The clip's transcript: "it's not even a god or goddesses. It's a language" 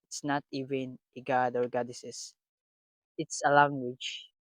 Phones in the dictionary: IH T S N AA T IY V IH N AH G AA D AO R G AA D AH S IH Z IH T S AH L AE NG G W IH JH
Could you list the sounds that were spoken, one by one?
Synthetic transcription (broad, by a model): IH T S N AA T IY V IH N AH G AA D AO R G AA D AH S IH S IH T S AH L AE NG G W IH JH